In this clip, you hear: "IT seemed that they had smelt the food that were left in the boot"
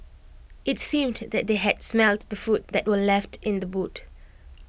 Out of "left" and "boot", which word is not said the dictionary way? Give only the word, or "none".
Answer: none